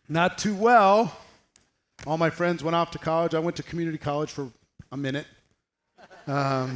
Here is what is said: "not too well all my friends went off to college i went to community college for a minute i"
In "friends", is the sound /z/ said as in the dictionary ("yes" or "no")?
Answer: yes